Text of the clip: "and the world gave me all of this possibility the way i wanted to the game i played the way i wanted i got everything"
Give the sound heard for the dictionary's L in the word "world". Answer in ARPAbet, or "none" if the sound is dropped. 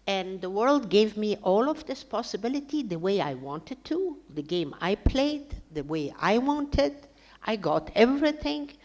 L